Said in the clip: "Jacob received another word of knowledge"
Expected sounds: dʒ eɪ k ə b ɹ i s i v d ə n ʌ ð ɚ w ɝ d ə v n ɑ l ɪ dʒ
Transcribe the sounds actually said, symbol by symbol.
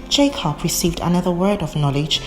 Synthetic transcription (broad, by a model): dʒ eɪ k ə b ɹ i s i v d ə n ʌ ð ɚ w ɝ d ə v n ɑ l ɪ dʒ